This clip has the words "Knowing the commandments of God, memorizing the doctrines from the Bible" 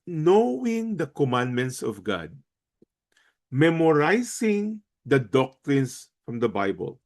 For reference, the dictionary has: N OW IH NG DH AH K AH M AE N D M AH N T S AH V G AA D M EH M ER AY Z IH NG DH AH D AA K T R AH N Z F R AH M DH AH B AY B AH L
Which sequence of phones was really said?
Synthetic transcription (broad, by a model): N OW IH NG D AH K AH M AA N D M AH N T S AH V G AA D M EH M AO AY S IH NG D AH D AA K T R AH N S F R AH M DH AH B AY B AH L